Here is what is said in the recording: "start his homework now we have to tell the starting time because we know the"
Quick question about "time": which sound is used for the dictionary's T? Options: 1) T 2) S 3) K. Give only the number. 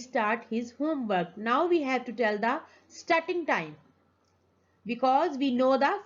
1